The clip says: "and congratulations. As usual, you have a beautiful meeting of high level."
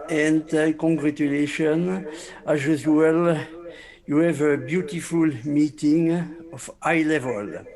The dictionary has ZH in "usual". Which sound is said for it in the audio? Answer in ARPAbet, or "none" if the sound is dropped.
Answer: Z